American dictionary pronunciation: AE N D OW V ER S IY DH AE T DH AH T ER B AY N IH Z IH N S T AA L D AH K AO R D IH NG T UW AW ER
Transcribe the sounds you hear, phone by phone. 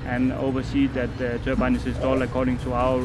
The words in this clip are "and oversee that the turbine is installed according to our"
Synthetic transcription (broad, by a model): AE N OW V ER S IY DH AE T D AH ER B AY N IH S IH S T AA L AH K AO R D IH NG T UW AW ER